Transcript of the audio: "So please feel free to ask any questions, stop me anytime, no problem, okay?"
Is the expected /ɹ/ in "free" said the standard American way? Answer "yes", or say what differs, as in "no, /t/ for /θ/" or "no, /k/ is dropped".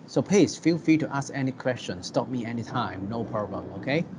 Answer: no, /ɹ/ is dropped